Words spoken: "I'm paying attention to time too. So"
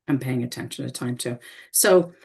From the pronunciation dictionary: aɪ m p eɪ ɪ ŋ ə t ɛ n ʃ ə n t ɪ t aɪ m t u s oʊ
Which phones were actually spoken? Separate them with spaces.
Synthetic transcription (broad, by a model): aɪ m p eɪ ɪ ŋ ə t ɛ n ʃ ə n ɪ t aɪ m t u s oʊ